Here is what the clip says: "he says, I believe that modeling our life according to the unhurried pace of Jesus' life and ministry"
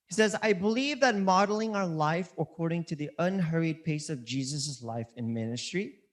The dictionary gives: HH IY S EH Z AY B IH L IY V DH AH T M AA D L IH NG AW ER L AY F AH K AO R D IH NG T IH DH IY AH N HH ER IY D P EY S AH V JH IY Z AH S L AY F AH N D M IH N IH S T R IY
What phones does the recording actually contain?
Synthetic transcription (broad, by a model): HH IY S EH Z AY B IH L IY V DH AH T M AA D L IH NG AW ER L AY F AH K AO R D IH NG T IH DH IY AH N HH ER IY D P EY S AH V JH IY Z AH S L AY F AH N M IH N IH S T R IY